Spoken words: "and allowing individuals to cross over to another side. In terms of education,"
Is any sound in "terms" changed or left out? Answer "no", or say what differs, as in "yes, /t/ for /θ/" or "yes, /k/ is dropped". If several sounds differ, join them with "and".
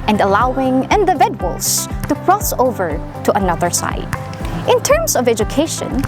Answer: yes, /s/ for /z/